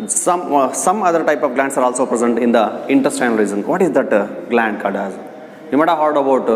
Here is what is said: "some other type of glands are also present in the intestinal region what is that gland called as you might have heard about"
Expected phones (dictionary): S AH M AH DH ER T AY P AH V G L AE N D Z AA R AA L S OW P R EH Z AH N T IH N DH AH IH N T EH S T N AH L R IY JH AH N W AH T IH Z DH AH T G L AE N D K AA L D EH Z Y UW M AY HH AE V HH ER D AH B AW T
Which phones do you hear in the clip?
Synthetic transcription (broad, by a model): S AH M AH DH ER T AY P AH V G L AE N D S AA R AA L S OW P R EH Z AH N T IH N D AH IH N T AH S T AH N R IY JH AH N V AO T IH Z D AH T G L AE N D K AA D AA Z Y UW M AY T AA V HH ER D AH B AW T